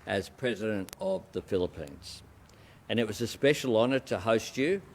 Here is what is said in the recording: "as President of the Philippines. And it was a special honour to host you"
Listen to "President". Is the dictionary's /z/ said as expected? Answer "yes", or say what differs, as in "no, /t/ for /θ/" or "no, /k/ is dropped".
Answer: yes